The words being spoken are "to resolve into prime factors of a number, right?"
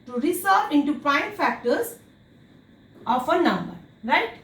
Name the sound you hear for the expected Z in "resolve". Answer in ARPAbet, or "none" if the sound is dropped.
S